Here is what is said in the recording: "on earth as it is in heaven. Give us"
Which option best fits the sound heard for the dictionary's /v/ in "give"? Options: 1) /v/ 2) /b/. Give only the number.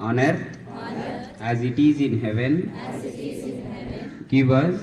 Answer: 2